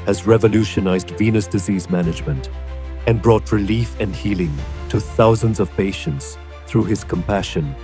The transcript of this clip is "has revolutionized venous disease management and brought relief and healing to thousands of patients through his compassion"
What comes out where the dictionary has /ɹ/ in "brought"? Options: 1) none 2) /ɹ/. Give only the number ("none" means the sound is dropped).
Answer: 2